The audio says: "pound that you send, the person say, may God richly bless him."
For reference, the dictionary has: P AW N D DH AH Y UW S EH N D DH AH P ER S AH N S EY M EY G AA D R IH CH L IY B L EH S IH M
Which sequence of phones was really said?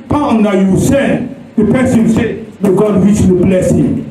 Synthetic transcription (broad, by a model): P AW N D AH Y UW S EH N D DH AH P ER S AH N S EY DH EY G AA D W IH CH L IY B L EH S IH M